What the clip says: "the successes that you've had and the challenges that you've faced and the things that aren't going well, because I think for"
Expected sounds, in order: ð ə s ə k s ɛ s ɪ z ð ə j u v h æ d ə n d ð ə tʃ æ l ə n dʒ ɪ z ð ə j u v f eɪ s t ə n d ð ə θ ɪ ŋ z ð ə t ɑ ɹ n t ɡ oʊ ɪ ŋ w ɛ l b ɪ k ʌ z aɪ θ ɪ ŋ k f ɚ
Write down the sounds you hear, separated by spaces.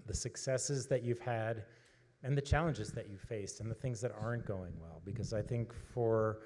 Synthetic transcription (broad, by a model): ð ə s ə k s ɛ s ɪ z ð ə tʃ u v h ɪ d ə n ð ə tʃ æ l ə n dʒ ɪ z ð ə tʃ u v f eɪ s t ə n ð ə θ ɪ ŋ z ð ə t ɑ ɹ n ɡ oʊ ɪ ŋ w ɛ l b ɪ k ʌ z aɪ θ ɪ ŋ k f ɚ